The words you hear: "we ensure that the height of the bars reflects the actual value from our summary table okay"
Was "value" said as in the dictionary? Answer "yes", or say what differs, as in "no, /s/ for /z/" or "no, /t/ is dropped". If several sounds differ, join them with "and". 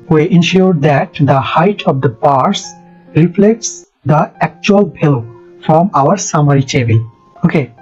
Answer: no, /b/ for /v/